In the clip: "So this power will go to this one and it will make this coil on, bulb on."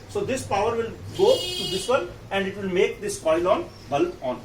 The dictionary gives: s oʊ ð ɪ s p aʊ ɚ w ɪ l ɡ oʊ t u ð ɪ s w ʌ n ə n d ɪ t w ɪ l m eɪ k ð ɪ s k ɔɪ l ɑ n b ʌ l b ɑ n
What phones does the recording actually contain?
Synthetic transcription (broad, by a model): s oʊ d ɪ s p aʊ ɚ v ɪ l ɡ oʊ t u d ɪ s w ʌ l ə n d ɪ t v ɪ l m eɪ k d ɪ s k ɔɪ l ɑ n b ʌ l ɑ n